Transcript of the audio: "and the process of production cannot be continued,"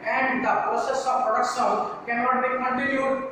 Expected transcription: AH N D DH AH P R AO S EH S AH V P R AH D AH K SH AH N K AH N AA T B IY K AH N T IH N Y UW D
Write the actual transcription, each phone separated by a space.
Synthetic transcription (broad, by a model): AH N D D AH P R AO S EH S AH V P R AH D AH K S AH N K AH N AA T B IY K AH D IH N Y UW